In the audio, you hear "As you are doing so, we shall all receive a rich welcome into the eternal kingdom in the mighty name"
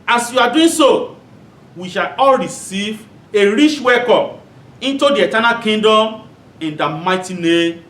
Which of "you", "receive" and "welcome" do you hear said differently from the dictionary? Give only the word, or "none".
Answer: welcome